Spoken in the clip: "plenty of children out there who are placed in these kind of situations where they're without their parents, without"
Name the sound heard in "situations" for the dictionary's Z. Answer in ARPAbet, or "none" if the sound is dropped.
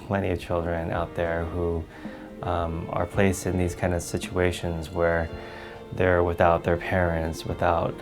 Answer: Z